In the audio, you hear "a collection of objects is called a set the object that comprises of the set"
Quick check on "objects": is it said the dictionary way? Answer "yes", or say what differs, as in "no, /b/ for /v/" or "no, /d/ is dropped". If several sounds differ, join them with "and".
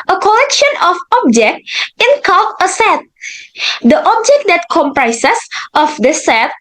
no, /s/ is dropped